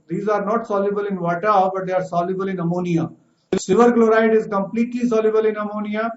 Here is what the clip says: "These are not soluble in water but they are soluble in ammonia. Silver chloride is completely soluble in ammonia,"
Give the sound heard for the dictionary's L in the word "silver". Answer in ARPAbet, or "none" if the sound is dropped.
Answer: none